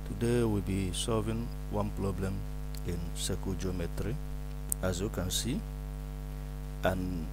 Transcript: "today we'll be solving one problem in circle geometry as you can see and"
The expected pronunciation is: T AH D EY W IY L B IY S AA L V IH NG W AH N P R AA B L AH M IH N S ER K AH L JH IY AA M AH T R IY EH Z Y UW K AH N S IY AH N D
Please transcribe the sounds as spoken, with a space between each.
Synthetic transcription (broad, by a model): T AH D EY W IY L B IY S AA L V IH NG W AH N P R AA B L AH M IH N S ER K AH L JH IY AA M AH T R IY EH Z Y UW K AH N S IY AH N